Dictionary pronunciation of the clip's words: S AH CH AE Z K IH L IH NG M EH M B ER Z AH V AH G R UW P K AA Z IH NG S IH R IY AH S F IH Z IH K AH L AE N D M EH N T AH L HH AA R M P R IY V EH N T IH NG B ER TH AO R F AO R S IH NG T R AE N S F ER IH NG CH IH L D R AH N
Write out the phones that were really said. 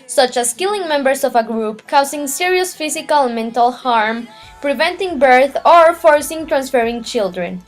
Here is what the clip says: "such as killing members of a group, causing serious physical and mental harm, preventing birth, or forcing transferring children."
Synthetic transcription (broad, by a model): S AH CH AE S K IH L IH NG M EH M B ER S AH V AH G R UW P K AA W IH NG S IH R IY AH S F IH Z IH K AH L M EH N T AH L HH AA R M P R IY V EH N T IH NG B ER TH AO R F AO R S IH NG T R AE N S F ER IH NG CH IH L D R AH N